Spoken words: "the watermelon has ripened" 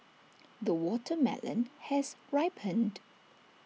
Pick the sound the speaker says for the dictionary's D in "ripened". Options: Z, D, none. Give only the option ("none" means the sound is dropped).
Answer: D